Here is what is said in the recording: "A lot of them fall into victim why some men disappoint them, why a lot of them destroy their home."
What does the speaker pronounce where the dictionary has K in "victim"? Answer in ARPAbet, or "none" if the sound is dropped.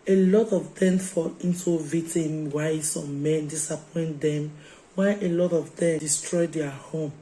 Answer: none